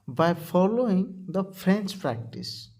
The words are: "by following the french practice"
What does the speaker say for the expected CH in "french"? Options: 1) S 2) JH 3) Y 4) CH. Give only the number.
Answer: 1